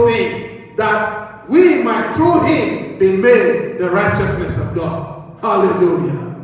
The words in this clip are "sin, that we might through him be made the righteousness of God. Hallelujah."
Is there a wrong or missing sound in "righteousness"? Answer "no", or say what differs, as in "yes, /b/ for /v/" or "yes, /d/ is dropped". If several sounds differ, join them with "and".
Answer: no